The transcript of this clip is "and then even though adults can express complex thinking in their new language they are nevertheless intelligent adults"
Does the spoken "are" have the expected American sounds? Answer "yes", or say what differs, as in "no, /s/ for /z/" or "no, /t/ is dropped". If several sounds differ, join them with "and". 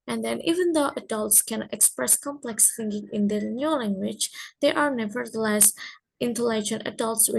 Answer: yes